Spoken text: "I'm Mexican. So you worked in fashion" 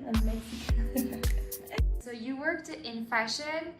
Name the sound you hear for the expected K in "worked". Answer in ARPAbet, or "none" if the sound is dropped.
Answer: K